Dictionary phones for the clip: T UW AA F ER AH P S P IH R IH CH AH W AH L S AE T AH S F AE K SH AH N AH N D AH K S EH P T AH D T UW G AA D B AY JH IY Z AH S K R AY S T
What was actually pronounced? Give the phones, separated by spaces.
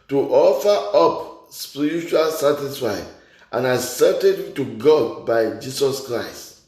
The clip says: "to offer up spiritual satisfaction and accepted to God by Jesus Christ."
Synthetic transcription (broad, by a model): T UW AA F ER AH P S P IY R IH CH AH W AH L S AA T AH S F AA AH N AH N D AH S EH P T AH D T UW G AA D B AY JH IY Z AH S K R AY S T